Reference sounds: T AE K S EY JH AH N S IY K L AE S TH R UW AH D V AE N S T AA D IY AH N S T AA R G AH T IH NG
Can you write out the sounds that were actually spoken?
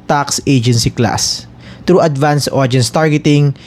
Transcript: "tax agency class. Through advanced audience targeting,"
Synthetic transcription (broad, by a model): T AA K S EY JH AH N S IY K L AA S T R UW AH D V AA N S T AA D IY N S T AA R G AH T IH NG